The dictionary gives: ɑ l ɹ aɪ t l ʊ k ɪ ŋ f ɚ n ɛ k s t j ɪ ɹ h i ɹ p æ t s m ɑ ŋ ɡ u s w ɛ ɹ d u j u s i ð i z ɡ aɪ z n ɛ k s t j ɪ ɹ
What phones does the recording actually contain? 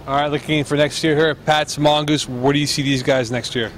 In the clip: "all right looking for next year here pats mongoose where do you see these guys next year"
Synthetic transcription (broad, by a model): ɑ ɹ aɪ t l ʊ k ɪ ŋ f ɚ n ɛ k s t j ɪ ɹ h i ɹ p æ t s m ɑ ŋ ɡ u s w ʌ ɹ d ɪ j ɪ s i ð i z ɡ aɪ z n ɛ k s t j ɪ ɹ